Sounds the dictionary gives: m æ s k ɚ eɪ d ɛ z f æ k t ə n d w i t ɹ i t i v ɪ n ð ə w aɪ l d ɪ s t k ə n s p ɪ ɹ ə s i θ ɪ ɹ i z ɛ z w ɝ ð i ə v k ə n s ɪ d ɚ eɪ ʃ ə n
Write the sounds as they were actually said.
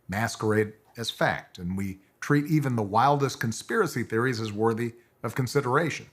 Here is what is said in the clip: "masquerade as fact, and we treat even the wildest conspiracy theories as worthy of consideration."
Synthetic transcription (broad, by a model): m æ s k ɚ eɪ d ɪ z f æ k t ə n w i t ɹ i t i v ɪ n ð ə w aɪ l d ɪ s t k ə n s p ɪ ɹ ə s i θ ɪ ɹ i z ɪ z w ɝ ð i ə v k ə n s ɪ d ɚ eɪ ʃ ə n